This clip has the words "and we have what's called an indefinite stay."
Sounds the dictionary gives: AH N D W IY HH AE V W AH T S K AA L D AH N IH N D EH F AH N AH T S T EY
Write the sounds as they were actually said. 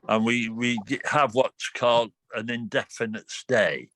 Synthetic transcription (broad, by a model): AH N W W IY HH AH V W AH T K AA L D AH N IH N D EH F AH N AH T S T EY